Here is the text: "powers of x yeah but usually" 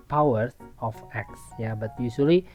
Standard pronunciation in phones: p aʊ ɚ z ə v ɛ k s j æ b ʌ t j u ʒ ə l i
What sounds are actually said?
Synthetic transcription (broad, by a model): p aʊ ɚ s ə f ɛ k s j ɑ b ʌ t j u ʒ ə l i